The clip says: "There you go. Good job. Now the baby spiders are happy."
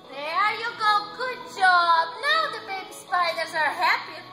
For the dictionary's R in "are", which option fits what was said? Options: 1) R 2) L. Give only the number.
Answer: 1